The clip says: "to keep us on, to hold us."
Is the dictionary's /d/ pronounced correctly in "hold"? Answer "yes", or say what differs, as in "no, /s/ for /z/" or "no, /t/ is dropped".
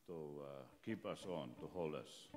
no, /d/ is dropped